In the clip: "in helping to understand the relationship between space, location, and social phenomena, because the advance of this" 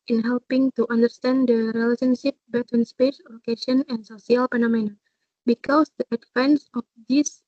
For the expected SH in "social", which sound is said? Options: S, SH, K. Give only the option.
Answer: S